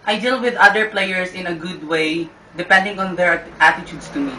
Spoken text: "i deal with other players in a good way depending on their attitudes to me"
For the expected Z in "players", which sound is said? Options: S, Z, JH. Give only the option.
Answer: S